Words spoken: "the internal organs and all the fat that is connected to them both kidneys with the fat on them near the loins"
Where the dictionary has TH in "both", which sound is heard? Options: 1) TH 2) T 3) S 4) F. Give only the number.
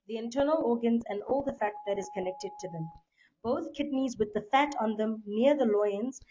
2